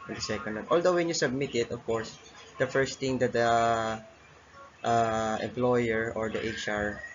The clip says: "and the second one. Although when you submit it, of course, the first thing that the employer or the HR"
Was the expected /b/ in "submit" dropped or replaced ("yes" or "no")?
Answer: no